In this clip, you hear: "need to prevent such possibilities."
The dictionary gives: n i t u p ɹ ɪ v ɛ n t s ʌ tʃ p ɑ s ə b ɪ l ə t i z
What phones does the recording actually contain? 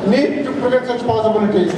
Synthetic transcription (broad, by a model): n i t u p ɪ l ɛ t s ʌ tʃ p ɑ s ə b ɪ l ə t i